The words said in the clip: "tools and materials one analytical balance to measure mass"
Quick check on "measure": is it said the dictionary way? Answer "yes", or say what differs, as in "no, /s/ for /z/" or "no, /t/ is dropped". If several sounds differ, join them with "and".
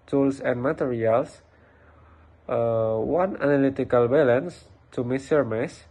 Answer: no, /s/ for /ʒ/